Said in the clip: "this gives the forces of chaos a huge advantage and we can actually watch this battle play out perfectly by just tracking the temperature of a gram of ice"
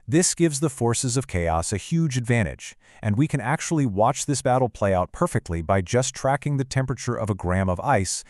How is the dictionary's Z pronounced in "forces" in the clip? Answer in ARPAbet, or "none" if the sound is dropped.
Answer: Z